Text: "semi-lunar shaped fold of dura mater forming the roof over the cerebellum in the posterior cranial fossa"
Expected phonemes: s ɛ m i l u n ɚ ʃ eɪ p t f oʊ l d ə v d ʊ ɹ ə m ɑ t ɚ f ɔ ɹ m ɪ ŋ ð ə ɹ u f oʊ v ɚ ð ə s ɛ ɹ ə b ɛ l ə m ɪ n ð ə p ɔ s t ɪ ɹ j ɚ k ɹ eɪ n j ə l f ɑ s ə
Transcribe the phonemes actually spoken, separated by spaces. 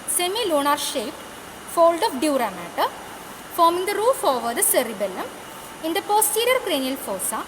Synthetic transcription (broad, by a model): s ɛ m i l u n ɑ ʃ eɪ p f oʊ l d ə f d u ɹ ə m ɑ t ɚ f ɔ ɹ m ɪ ŋ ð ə ɹ u f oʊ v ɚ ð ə s ɛ ɹ ə b ɛ l ə m ɪ n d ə p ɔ s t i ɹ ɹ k ɹ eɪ n j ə l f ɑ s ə